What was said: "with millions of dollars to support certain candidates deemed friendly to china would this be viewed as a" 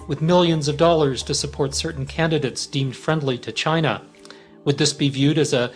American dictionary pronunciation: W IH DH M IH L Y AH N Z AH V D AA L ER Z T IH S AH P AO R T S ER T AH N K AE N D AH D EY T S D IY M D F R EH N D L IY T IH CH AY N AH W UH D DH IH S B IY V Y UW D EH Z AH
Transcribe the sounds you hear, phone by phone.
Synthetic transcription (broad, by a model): W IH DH M IH L Y AH N Z AH V D AA L ER Z T IH S AH P AO R T S ER T N K AE N D AH D EY T S D IY M D F R EH N D L IY T IH CH AY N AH W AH D DH IH S B IY V Y UW D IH Z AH